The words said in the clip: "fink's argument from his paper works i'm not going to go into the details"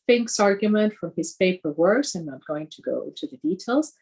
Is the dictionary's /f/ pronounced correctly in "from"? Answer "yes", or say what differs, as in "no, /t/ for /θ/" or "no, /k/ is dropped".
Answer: yes